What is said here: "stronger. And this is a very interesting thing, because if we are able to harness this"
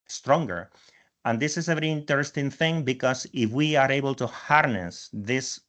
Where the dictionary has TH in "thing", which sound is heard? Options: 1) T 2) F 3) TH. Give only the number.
3